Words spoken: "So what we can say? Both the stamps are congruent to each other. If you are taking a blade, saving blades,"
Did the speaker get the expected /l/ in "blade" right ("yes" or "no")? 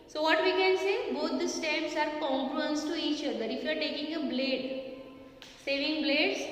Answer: yes